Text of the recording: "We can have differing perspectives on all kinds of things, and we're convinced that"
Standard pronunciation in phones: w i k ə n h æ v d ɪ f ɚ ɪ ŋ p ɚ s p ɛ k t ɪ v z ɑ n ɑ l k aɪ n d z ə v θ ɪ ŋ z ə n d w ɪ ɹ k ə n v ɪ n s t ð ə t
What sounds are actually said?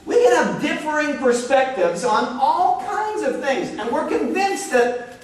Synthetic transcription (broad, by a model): w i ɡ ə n h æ v d ɪ f ɚ ɪ ŋ p ɚ s p ɛ k t ɪ v z n ɑ l k aɪ n d z ə v θ ɪ ŋ z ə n w ɪ ɹ k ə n v ɪ n s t ð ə t